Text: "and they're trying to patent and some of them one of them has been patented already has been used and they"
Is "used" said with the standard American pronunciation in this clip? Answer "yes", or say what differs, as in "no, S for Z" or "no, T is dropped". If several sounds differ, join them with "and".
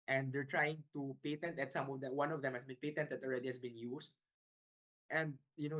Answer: no, S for Z